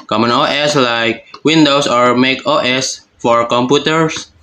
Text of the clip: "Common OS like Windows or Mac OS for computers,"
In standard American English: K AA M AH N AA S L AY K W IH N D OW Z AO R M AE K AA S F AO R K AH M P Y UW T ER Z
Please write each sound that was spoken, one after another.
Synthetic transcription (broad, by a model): K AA M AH N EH S L AY K W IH N D OW S AO R M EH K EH S F AO R K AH M P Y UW T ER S